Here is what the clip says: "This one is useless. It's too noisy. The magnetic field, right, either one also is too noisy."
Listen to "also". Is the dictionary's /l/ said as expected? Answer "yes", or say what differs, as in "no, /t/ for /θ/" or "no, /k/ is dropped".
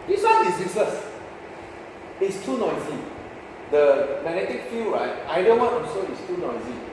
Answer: no, /l/ is dropped